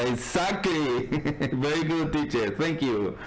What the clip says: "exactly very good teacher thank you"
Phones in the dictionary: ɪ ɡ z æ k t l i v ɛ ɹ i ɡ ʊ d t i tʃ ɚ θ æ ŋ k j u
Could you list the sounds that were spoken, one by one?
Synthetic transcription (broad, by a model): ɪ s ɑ k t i v ɛ ɹ i ɡ ʊ d t i tʃ ɚ t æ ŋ k j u